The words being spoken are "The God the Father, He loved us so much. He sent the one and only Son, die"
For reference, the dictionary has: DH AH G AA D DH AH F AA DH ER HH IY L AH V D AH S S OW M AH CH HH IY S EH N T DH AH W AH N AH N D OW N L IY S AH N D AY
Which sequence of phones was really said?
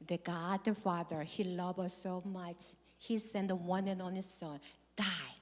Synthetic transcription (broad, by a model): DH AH G AA D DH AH F AA DH ER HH IY L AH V AH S S OW M AH CH HH IY S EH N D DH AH W AH N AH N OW N IY S AH N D AY